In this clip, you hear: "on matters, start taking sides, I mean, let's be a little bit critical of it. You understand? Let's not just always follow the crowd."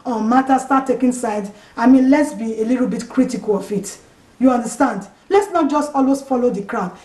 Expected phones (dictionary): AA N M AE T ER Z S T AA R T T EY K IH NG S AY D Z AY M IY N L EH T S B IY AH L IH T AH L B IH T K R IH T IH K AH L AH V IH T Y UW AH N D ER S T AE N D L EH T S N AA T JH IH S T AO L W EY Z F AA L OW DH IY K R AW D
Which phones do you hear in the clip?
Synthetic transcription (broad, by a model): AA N M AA T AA S T AA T T EY K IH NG S AY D AY M IY N L EH T S B IY AH L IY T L B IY T K R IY T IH K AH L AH F IH T Y UW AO N D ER S T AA N D L EH T S N AA T JH IH S T AO L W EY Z F AA L OW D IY K R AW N